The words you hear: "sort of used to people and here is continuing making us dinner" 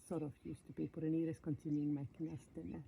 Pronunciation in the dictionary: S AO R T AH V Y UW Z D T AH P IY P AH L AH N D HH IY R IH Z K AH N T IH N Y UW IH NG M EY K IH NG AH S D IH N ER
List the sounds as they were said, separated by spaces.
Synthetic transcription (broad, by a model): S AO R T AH F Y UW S T AH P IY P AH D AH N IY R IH S K AH N T IH N Y UW IH NG M EY K IH NG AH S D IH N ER